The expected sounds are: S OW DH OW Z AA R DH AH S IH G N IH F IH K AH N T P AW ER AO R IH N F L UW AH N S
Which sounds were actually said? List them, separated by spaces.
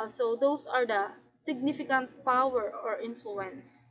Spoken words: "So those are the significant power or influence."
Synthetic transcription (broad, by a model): S OW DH OW S AA R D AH S IH G N IH F IH K AH N T P AW ER AO R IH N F L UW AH N S